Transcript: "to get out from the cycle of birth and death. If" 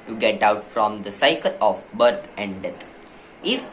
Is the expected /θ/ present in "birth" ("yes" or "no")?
no